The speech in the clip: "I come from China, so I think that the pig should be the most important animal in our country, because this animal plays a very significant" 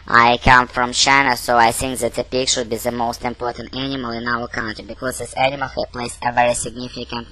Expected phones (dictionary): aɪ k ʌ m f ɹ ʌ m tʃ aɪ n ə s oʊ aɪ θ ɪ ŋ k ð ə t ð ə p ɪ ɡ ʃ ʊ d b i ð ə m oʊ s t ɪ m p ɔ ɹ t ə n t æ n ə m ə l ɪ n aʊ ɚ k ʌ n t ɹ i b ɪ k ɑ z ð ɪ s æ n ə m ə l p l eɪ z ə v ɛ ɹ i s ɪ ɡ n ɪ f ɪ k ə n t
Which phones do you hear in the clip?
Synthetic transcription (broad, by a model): aɪ k ʌ m f ɹ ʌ m tʃ aɪ n ə s oʊ aɪ θ ɪ ŋ k ð ə t ð ə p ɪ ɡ ʃ ʊ d b i ð ə m oʊ s t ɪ m p ɔ ɹ t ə n t æ n ə m ə l ɪ n aʊ ɚ k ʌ n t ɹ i b ɪ k ɑ z ð ɪ s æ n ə m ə l p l eɪ s ə v ɛ ɹ i s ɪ ɡ n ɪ f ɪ k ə n t